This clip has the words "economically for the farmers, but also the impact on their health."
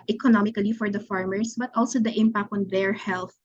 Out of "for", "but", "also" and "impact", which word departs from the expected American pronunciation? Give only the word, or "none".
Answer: none